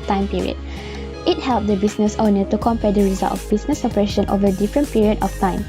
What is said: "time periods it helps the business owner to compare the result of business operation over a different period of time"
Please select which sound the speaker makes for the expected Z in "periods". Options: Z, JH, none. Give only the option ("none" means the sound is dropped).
none